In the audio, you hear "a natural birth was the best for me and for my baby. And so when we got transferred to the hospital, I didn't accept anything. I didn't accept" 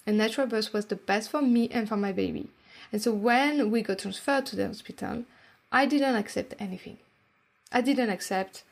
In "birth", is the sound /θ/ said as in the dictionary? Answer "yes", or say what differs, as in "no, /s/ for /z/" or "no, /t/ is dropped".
no, /s/ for /θ/